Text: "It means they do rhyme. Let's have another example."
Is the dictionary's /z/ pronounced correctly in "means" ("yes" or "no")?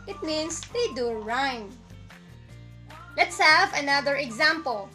no